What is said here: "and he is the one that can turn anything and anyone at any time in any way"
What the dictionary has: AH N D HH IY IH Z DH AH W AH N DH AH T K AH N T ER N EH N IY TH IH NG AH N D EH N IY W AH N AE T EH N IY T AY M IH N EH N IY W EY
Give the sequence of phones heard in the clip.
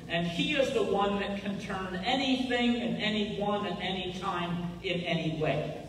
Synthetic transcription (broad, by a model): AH N IY IH Z DH AH W AH N DH AH T K AH N T ER N EH N IY TH IH NG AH N EH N IY W AH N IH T EH N IY T AY M IH N EH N IY W EY